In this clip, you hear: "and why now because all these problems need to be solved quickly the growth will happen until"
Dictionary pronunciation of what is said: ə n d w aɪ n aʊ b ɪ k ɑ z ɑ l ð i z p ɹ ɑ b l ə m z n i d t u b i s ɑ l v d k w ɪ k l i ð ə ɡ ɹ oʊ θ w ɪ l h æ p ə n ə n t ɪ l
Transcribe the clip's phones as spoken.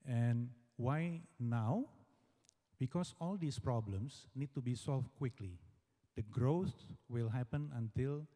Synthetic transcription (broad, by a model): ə n w aɪ n aʊ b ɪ k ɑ s ɑ l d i s p ɹ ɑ b l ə m s n i d t u b i s ɑ l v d k w ɪ k l i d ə ɡ ɹ oʊ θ w ɪ l h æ p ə n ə n t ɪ l